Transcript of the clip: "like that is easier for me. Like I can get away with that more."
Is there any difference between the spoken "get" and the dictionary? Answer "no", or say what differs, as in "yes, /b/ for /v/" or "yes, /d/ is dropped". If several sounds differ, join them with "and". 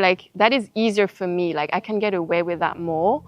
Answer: no